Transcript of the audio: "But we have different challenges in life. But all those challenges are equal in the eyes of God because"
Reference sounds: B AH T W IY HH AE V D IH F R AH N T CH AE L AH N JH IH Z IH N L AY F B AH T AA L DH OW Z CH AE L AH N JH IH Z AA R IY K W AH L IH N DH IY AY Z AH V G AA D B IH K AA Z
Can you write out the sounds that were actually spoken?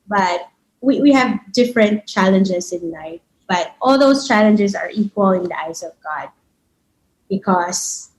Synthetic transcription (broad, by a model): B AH T W IY HH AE V D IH F R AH N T CH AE L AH N JH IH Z IH N N AY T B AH T AA L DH OW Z CH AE L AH N JH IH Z AA R IY K W AH L IH N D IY AY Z AH V G AA D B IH K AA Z